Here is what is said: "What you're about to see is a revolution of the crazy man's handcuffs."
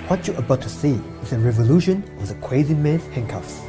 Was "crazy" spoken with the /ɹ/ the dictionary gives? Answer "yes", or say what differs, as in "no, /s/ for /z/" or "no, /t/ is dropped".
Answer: no, /w/ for /ɹ/